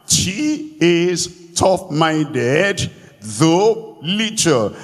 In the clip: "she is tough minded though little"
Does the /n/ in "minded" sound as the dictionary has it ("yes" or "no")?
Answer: yes